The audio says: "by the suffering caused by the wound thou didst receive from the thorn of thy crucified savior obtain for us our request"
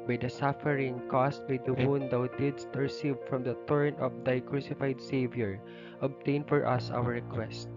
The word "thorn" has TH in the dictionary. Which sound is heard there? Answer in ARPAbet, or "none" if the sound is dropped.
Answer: T